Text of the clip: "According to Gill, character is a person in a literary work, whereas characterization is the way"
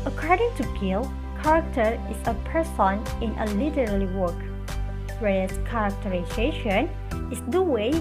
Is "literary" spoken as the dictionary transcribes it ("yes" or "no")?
no